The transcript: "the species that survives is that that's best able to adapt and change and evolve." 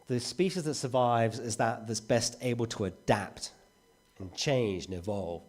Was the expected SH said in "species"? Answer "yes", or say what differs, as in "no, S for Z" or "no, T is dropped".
yes